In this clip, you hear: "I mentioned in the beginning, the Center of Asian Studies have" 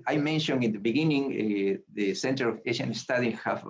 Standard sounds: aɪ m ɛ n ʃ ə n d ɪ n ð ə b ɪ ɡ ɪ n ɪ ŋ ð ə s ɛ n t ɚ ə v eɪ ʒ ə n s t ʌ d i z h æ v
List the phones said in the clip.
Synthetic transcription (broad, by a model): aɪ m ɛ n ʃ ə n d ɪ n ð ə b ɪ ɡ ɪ n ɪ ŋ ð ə s ɛ n t ɚ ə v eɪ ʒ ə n s t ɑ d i h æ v